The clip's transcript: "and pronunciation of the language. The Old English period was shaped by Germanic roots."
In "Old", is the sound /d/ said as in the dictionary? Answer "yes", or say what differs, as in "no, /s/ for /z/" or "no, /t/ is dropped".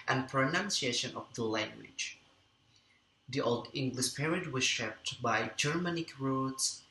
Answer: yes